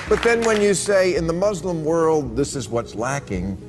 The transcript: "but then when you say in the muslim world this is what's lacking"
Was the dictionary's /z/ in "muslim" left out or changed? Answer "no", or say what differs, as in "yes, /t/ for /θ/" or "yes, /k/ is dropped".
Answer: no